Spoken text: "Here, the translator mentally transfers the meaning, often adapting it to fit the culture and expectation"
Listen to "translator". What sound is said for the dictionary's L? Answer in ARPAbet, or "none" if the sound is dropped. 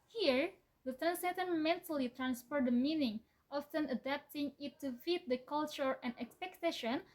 none